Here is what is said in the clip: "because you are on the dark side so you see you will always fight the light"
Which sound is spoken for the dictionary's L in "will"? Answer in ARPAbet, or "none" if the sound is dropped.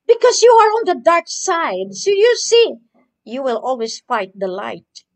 L